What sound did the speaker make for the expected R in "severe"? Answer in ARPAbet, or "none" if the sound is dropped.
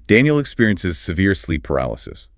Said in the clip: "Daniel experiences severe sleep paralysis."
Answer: R